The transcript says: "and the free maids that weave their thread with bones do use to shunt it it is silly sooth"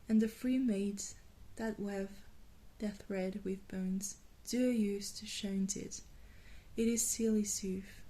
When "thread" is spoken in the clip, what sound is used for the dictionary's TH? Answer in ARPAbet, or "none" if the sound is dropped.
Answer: TH